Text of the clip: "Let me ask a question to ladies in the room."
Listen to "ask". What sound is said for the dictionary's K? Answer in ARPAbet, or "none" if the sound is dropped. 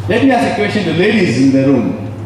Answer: none